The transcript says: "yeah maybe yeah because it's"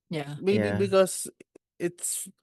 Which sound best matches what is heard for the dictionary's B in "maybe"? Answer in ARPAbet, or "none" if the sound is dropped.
none